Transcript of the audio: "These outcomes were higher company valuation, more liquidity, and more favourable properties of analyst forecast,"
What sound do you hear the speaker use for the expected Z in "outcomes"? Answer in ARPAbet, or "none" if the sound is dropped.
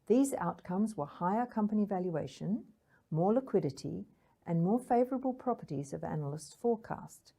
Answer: Z